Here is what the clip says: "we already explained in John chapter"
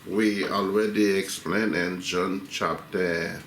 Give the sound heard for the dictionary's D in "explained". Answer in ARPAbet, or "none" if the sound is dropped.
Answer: none